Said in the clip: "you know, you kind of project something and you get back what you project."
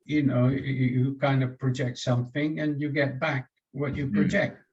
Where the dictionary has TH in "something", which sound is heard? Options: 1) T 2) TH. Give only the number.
2